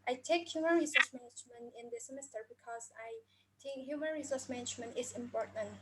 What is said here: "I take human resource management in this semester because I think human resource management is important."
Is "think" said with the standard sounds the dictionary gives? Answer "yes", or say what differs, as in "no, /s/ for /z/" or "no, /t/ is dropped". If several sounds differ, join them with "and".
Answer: no, /t/ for /θ/ and /ŋ/ is dropped